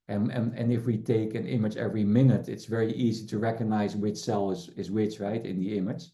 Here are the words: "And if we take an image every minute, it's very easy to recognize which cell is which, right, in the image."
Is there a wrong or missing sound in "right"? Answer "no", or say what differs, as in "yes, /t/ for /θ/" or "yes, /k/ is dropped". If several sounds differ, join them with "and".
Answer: no